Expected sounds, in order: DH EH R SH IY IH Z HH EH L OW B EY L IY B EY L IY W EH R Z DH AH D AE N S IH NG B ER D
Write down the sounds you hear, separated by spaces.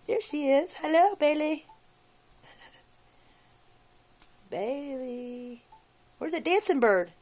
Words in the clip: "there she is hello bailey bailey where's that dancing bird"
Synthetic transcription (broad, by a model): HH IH R SH IY IH Z HH EH L OW B EY L IY B EY L IY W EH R Z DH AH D AE N S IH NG B ER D